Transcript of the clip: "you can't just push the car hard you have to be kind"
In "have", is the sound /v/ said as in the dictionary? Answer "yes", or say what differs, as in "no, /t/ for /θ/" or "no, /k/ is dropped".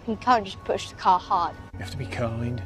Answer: no, /f/ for /v/